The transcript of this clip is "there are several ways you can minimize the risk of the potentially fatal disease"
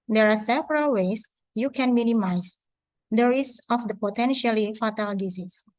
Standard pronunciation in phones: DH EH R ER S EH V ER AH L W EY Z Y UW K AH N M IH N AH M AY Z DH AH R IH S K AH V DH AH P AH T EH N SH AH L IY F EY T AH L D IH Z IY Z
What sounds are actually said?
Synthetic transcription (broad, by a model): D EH R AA S EH V ER AH L W EY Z Y UW K AH N M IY N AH M AY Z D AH R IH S AH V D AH P AH T EH N SH AH L IY F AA T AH L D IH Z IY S